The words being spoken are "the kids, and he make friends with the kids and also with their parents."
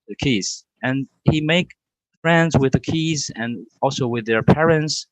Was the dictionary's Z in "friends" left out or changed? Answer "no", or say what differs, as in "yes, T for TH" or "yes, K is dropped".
no